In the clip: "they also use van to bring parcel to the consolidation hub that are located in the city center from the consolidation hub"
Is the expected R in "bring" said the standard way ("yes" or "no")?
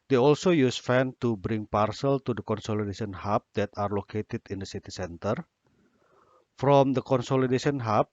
yes